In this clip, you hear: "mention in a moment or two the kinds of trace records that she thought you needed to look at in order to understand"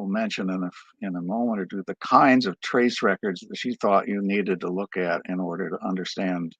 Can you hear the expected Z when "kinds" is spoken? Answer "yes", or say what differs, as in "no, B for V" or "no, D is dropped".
yes